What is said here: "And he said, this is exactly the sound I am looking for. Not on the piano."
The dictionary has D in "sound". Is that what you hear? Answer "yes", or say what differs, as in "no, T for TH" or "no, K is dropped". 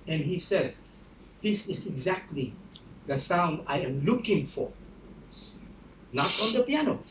yes